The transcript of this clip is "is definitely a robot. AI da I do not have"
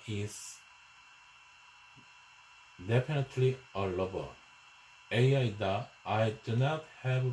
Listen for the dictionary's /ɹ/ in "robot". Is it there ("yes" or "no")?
no